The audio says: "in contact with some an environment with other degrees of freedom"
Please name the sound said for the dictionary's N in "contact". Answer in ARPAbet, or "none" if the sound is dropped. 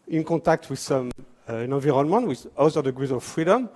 none